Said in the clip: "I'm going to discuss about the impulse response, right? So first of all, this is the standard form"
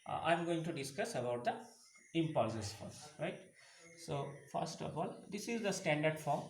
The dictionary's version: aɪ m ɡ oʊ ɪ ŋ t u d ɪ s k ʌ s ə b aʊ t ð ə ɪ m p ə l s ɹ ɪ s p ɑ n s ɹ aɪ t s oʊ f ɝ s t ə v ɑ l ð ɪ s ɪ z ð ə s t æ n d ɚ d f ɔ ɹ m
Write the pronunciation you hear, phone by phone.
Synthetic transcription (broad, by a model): aɪ m ɡ oʊ ɪ ŋ t u d ɪ s k ʌ s ə b aʊ t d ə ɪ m p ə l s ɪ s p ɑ s ɹ aɪ t s oʊ f ɝ s t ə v ɑ l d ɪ s ɪ z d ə s t æ n d ɚ d f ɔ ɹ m